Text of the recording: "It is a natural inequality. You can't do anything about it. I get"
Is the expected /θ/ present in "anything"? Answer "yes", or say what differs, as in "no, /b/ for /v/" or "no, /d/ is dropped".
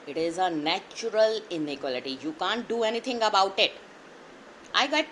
no, /t/ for /θ/